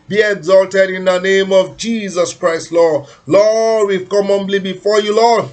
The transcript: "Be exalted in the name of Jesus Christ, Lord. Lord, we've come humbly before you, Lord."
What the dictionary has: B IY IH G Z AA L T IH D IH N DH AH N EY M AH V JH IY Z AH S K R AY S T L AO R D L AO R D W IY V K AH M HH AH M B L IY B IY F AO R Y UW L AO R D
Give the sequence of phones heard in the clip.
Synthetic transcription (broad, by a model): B IY IH G Z AA L T IH D IH N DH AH N EY M AH V JH IY Z AH S K R AY S T L AO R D L AO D W IY V K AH M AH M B L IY B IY F AO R Y UW L AO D